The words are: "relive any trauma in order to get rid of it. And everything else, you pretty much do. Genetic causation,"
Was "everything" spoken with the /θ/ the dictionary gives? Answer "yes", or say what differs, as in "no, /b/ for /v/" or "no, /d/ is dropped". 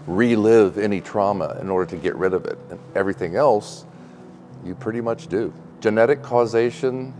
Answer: yes